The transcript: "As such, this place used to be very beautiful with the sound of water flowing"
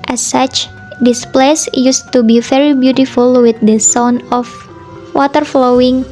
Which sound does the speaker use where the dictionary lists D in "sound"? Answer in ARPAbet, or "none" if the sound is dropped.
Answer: none